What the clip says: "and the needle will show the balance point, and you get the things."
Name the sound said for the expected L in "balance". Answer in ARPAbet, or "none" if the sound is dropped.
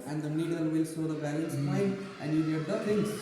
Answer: L